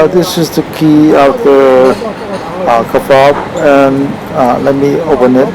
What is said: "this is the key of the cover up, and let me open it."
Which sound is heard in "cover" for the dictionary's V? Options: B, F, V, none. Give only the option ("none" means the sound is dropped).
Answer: F